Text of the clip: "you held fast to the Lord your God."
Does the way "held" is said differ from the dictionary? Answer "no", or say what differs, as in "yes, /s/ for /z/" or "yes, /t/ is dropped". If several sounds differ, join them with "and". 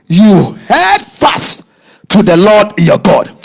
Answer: yes, /l/ is dropped